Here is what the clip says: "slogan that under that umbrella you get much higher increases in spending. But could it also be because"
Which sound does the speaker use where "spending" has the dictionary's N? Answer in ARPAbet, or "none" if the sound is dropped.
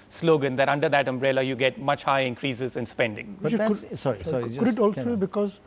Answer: N